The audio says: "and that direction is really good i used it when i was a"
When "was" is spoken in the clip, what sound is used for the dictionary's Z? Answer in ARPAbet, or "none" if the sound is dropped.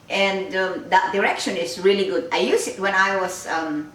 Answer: S